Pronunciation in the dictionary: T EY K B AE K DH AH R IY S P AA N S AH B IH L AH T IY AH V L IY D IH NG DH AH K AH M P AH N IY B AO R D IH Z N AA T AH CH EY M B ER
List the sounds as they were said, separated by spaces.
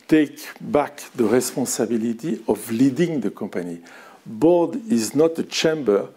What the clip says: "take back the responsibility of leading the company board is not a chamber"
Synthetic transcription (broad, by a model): T EY K B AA K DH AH R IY S P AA S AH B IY L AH T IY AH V L IY D IH NG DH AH K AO P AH N IY B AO D IH Z N AA T AH CH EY M B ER